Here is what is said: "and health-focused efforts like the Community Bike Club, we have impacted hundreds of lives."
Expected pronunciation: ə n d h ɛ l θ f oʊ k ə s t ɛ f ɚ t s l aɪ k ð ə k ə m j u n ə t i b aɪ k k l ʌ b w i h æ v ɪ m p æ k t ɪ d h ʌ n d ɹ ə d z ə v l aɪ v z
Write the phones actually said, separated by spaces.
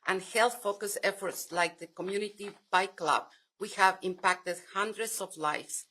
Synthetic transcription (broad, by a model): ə n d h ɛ l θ f oʊ k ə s ɛ f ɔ t s l aɪ k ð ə k ə m j u n ə t i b aɪ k k l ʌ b w i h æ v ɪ m p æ k t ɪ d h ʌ n d ɹ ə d s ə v l aɪ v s